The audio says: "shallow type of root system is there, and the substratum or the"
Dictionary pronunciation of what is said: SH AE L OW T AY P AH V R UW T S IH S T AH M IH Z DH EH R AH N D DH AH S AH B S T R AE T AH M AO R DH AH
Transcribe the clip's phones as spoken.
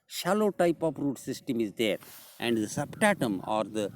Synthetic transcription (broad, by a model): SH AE L OW T AY P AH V R UW T S IH S T AH M IH Z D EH R AH N D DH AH S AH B T AE T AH M AO R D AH